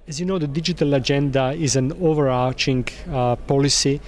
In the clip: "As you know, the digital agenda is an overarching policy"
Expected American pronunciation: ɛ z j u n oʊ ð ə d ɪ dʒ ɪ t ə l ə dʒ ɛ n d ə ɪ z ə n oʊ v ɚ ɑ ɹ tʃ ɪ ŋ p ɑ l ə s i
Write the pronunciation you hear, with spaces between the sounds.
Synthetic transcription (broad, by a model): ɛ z j u n oʊ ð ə d ɪ dʒ ɪ t ə l ə dʒ ɛ n d ə ɪ z ə n oʊ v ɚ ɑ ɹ tʃ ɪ ŋ p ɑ l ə s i